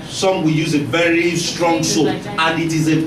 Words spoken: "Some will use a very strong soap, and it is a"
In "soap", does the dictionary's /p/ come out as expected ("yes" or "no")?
no